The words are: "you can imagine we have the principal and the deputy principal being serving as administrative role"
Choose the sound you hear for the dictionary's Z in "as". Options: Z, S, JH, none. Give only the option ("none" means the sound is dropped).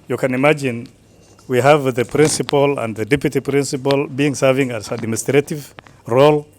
S